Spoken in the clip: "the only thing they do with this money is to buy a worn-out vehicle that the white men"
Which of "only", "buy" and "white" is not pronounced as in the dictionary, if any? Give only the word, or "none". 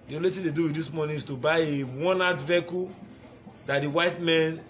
only